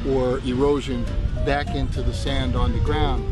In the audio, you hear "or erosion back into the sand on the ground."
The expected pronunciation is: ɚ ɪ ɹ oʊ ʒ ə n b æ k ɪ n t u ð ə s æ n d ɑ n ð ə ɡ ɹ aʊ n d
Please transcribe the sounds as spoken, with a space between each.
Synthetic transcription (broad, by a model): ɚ ɪ ɹ oʊ ʒ ə n b æ k ɪ n t u ð ə s æ n d n ð ə ɡ ɹ aʊ n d